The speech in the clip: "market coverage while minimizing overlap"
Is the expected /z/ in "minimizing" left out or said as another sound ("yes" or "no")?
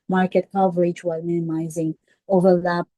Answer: no